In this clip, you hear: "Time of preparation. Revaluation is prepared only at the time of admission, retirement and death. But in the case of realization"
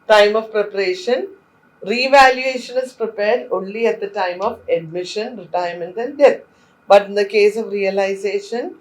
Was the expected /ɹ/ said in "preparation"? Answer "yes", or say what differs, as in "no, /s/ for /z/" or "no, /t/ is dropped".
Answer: yes